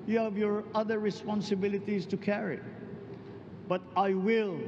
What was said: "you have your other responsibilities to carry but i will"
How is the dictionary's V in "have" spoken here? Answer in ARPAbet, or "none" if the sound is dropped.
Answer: V